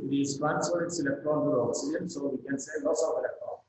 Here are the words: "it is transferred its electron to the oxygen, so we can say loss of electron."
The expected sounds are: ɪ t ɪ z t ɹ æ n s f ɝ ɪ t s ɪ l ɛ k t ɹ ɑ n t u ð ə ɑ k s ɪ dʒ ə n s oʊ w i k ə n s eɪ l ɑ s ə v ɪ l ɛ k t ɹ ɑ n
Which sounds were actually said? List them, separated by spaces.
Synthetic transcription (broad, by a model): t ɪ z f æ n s ɝ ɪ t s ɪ l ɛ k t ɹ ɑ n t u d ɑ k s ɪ ə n s oʊ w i k ə n s eɪ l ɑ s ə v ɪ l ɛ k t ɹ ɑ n